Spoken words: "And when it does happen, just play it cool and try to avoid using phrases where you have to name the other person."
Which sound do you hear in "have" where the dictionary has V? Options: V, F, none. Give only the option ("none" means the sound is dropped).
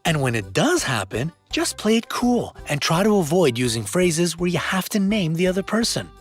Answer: F